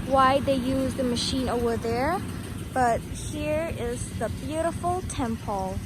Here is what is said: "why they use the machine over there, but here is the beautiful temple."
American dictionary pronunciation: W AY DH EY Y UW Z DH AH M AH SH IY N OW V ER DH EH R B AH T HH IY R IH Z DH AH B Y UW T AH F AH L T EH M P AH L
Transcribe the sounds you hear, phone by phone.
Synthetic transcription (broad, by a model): W AY DH EY Y UW Z DH AH M AH SH IY N OW V ER DH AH R B AH T HH IY R IH Z DH AH B Y UW T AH F L T EH M P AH L